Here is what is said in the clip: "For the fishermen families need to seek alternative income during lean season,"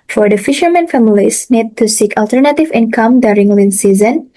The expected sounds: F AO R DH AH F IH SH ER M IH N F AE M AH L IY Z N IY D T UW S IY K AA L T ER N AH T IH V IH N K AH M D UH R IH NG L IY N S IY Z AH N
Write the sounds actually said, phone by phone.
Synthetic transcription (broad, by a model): F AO R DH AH F IH SH ER M IH N F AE M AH L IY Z N IY D T UW S IY K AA L T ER N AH T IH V IH N K AH M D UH R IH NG L IY N S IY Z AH N